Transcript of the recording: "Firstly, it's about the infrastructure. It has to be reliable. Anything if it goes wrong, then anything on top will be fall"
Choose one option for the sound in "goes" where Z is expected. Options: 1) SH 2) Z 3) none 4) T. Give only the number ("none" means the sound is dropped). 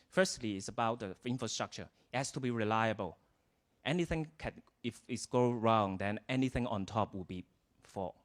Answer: 3